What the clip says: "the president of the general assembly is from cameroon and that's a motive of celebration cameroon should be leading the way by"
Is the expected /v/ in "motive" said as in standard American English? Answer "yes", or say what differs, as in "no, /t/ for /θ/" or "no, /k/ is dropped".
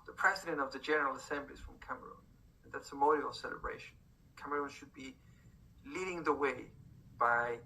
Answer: no, /v/ is dropped